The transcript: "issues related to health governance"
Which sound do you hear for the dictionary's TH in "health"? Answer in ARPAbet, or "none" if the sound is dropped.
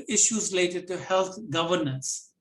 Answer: T